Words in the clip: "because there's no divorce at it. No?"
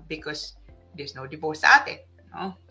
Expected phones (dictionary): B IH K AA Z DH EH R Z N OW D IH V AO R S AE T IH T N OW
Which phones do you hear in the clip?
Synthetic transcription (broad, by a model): B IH K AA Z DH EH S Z N OW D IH P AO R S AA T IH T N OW